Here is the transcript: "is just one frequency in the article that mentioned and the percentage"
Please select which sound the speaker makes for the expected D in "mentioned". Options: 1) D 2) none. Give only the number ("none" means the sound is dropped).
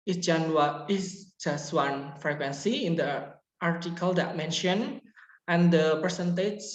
2